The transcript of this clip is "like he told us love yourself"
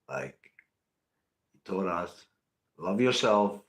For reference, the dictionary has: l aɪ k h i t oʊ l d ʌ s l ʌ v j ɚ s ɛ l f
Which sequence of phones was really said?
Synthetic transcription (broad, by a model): l aɪ k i t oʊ d ʌ s l ʌ v j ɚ s ɛ l f